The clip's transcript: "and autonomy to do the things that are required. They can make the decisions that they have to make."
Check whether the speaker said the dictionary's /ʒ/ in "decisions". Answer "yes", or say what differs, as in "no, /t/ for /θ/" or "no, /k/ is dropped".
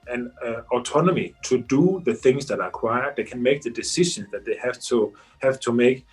no, /ʃ/ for /ʒ/